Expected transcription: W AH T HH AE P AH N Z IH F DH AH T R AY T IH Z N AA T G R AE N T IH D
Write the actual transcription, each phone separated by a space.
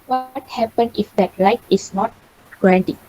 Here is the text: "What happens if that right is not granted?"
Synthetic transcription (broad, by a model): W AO T HH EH P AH N IH F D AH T L AY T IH S N AA T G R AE N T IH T